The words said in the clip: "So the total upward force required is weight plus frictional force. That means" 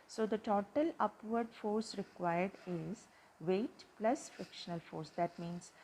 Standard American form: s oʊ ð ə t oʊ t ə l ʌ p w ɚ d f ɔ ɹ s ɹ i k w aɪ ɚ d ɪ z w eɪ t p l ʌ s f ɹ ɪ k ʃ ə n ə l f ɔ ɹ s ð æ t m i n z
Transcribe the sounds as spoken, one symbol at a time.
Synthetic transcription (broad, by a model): s oʊ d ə t oʊ t ə l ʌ p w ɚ d f ɔ ɹ s ɹ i k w aɪ ɚ d ɪ z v eɪ t p l ʌ s f ɹ ɪ k ʃ ə n ə l f ɔ ɹ s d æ t m i n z